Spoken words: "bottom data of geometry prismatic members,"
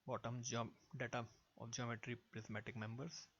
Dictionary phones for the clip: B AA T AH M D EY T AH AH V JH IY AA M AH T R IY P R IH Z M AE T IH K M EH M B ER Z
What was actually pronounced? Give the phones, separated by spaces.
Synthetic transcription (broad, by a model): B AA T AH M D EY T AH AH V JH IY AA M AH T R IY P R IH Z M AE T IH K M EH M B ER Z